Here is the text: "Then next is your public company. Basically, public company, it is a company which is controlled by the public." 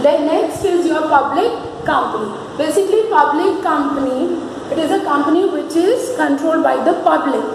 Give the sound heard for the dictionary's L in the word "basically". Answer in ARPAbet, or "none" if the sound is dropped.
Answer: L